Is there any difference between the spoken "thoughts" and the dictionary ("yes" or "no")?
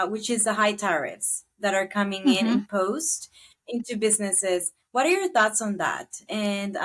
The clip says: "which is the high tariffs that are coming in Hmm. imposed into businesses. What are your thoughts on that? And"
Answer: no